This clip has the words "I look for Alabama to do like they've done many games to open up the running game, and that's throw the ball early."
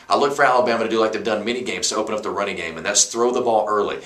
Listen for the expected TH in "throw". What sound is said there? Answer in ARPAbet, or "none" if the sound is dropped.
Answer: TH